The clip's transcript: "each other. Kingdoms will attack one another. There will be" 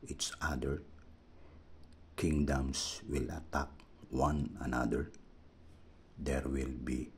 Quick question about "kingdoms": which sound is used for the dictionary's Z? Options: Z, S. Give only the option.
S